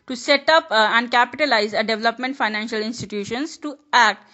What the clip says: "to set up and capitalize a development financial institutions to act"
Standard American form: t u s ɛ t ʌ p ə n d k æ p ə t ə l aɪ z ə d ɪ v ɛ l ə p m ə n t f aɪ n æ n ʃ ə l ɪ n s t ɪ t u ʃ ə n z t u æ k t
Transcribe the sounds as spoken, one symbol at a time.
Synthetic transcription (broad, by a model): t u s ɛ t ʌ p ə n d k æ p ə t ə l aɪ z ə d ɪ v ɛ l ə p m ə n t f aɪ n æ n ʃ ə l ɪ n s t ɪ t u ʃ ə n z t u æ k t